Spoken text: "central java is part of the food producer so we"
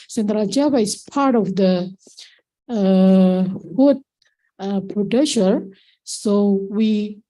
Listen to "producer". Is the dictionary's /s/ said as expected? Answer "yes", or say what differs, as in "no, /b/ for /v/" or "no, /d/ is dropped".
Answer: no, /ʃ/ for /s/